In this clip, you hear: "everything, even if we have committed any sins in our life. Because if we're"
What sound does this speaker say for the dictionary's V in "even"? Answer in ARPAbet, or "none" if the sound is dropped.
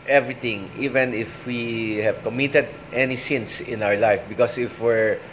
V